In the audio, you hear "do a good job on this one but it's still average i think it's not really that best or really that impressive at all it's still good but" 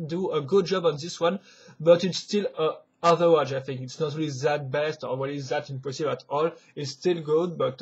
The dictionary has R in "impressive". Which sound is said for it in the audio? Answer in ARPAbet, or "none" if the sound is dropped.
none